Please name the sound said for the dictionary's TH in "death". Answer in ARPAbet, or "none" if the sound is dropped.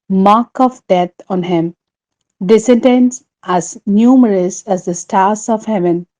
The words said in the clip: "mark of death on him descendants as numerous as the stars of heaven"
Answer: T